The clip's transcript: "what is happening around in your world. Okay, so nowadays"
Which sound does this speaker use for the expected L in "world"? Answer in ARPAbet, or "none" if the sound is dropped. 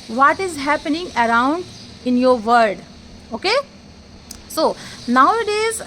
none